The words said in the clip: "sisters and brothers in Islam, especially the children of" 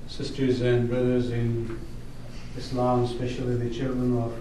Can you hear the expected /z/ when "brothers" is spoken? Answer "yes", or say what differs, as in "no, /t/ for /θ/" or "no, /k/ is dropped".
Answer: yes